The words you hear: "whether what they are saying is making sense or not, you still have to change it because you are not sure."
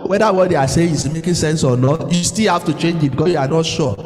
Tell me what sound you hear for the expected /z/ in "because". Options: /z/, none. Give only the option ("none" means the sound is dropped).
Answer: none